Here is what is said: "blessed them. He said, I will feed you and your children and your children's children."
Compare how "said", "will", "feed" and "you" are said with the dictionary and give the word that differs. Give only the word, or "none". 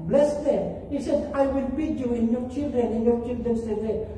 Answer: feed